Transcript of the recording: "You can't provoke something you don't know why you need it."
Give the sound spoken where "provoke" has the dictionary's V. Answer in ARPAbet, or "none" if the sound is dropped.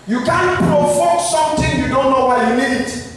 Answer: F